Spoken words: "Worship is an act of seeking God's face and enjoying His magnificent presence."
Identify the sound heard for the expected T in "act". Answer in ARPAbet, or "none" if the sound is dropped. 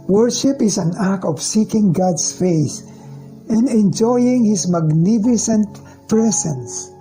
none